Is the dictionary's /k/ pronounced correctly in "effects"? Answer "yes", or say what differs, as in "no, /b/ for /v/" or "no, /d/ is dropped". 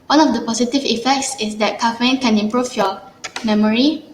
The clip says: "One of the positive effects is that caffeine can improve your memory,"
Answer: yes